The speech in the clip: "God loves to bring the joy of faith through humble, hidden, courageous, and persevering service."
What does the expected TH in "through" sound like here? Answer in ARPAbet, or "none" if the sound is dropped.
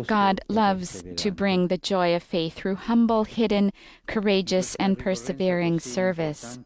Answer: TH